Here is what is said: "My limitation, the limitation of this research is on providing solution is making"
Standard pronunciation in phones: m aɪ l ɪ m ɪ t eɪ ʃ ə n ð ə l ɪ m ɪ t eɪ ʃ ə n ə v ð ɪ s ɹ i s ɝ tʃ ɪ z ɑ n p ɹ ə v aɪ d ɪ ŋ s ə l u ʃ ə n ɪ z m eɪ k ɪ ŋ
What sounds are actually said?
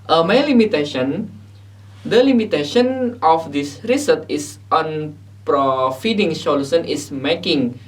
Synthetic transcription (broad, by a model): m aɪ l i m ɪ t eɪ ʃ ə n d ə l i m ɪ t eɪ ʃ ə n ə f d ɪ s ɹ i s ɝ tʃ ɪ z ɑ n p ɹ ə f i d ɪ ŋ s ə l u s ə n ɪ s m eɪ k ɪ ŋ